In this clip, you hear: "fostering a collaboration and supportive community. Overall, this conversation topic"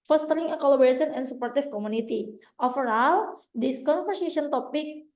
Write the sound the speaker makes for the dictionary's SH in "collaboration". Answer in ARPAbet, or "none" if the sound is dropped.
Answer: S